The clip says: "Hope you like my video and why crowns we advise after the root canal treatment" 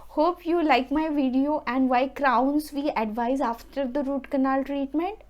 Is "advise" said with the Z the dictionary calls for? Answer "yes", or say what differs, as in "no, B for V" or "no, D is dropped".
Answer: yes